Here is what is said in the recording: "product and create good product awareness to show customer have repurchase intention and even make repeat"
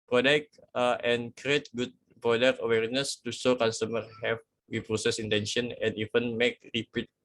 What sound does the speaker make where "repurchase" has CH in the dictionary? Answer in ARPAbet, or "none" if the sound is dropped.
S